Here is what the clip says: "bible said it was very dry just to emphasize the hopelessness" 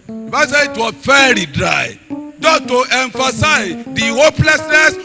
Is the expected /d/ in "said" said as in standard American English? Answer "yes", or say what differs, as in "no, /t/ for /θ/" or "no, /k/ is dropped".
no, /d/ is dropped